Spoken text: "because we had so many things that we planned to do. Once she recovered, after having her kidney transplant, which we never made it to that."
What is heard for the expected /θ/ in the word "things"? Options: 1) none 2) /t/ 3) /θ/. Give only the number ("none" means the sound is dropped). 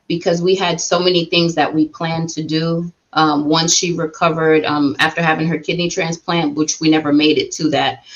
3